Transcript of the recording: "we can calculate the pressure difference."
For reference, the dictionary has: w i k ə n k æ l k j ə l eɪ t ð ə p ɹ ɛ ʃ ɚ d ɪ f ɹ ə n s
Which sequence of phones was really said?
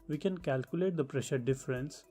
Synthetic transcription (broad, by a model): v i k ə n k æ l k j ə l eɪ t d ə p ɹ ɛ ʃ ɚ d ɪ f ɹ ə n s